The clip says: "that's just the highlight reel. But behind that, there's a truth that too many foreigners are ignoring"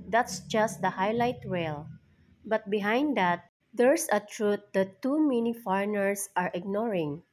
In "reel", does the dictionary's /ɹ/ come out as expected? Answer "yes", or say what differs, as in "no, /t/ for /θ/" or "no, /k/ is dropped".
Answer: no, /w/ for /ɹ/